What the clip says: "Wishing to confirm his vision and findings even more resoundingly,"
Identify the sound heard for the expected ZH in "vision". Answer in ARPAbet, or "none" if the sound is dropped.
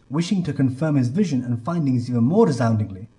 ZH